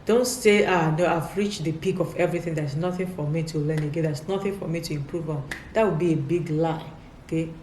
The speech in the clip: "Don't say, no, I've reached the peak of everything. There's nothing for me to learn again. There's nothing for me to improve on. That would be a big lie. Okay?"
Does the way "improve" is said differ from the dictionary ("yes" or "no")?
no